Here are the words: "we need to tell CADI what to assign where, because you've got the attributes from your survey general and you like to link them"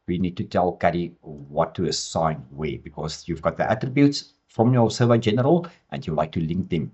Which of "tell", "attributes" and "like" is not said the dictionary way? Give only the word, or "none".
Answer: none